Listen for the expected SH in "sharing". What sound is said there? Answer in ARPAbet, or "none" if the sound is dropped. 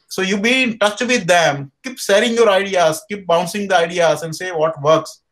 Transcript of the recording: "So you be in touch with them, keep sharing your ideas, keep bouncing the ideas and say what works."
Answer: S